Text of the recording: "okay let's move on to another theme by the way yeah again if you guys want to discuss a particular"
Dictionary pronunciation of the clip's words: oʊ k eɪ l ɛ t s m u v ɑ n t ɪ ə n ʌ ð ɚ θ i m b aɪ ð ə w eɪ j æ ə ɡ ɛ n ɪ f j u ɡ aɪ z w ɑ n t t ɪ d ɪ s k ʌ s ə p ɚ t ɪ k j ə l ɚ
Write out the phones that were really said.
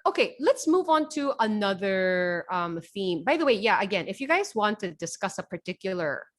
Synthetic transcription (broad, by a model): oʊ k eɪ l ɛ t s m u v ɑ n t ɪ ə n ʌ ð ɚ θ i m b aɪ ð ə w eɪ j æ ə ɡ ɛ n ɪ f j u ɡ aɪ z w ɑ n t t ɪ d ɪ s k ʌ s ə p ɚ t ɪ k j l ɚ